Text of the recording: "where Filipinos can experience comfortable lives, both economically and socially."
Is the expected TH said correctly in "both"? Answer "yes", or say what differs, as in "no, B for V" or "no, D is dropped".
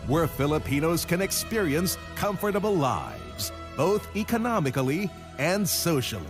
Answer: yes